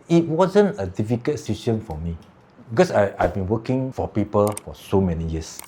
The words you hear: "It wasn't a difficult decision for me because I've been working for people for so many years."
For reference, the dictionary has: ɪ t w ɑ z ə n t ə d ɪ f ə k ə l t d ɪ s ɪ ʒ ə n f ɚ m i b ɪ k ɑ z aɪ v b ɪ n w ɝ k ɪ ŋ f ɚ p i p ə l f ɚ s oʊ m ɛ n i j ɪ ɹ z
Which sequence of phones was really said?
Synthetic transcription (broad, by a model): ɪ t w ɑ z ə n t ə d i f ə k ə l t s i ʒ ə n f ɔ m i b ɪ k ɑ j aɪ v b ɪ n w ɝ k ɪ ŋ f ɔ p i p ə l f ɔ s oʊ m ɛ n i j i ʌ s